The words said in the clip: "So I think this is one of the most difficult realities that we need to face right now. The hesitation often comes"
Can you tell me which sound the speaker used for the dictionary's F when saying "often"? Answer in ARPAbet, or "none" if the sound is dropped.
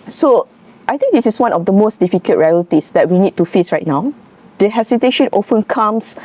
F